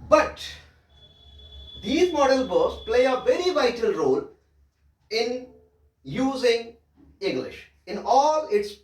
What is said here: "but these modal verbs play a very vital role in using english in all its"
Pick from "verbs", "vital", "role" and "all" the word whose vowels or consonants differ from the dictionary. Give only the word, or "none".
verbs